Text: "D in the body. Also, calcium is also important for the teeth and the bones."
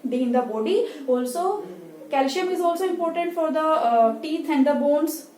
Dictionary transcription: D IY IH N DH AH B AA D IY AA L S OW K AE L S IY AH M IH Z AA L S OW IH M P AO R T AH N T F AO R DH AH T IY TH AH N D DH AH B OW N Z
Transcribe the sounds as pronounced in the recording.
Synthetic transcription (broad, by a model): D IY IH N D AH B AA D IY AA L S OW K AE L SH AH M IH Z AA L S OW IH M P AO R T AH N T F AO R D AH T IY T AH N D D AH B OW N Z